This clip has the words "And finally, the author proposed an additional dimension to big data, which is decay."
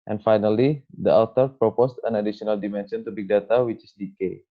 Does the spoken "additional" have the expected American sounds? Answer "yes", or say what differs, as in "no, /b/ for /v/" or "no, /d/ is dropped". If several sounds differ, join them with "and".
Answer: no, /s/ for /ʃ/